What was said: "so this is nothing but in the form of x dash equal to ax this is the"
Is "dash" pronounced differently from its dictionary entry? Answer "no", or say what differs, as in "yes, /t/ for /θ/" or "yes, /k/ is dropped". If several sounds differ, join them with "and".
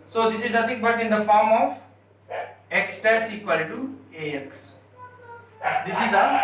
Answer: yes, /s/ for /ʃ/